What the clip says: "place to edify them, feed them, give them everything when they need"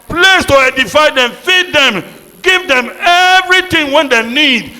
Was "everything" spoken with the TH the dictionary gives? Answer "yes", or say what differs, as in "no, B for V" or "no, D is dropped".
no, T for TH